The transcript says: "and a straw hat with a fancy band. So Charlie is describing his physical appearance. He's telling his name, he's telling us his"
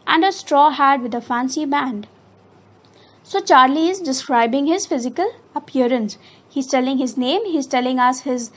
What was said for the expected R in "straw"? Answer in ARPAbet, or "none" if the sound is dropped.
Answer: R